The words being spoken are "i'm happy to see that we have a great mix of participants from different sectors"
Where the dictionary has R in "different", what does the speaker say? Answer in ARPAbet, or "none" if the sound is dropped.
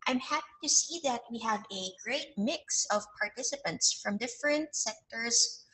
R